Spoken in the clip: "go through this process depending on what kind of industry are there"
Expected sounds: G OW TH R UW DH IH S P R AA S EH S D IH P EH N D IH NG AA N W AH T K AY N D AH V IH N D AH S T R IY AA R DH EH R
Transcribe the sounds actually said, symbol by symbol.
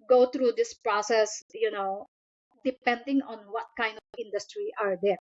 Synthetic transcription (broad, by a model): G OW T R UW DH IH S P R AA S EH S D IH P EH N D IH NG AA N W AH T K AY N D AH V IH N D AH S T R IY AA R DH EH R